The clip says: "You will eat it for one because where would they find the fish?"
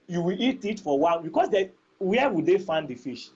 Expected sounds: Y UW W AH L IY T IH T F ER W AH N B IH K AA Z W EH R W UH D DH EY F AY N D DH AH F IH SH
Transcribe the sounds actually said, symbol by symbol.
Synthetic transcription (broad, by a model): Y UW W AH L IY T IH T F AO W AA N B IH K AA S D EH W W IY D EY F AY N D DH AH F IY SH